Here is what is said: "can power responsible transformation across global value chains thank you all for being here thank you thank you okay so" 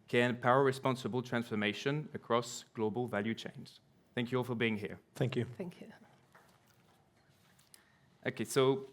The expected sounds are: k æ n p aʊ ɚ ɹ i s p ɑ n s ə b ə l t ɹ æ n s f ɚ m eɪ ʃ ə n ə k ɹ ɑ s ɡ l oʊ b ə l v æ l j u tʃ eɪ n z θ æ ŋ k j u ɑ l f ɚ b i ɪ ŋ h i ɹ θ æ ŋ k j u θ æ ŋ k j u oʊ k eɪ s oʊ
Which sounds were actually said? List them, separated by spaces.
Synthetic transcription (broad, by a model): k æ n p aʊ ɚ ɹ i s p ɑ n s ə b ə l t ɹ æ n s f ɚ m eɪ ʃ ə n ə k ɹ ɑ s ɡ l oʊ b ə l v æ l j u tʃ eɪ n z θ æ ŋ k j u ɑ l f ɚ b i ɪ ŋ h i ɹ θ æ ŋ k j u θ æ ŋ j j oʊ k eɪ s oʊ